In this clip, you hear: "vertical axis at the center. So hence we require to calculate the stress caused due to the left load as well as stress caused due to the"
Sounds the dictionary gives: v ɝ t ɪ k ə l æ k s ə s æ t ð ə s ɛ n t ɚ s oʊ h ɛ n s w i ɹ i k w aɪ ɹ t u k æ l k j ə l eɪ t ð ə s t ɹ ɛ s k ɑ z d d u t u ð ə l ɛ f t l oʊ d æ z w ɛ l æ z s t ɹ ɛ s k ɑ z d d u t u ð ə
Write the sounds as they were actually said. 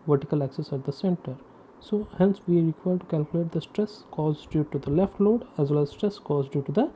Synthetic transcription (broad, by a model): v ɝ t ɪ k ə l æ k s ə s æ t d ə s ɛ n t ɚ s oʊ h ɛ n s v i ɹ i k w aɪ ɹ t u k æ l k j ə l eɪ t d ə s t ɹ ɛ s k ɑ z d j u t u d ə l ɛ f t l oʊ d æ z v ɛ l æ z s t ɹ ɛ s k ɑ z d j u t u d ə